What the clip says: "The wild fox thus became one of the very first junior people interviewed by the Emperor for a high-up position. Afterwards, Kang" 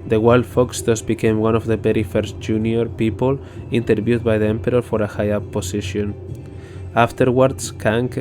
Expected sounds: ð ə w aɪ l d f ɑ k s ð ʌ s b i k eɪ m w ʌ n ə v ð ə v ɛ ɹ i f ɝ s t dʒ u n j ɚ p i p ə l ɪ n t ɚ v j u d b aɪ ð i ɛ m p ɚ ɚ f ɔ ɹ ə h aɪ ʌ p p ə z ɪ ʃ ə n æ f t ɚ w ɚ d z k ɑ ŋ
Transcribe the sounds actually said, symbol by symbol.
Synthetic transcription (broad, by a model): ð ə w aɪ l d f ɑ k s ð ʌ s b i k eɪ m w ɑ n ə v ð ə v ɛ ɹ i f ɝ s t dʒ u n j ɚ p i p ə l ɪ n t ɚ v j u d b aɪ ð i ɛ m p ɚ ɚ f ɔ ɹ ə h aɪ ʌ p p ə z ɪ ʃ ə n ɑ f t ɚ w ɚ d s k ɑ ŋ